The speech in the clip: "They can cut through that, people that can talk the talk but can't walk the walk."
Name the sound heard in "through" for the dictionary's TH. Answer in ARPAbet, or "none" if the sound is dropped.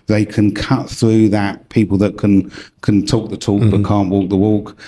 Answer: TH